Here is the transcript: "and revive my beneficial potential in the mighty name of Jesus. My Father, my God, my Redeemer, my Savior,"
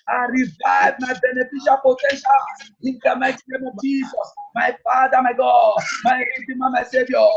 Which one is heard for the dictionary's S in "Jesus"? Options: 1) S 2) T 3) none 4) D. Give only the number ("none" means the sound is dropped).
3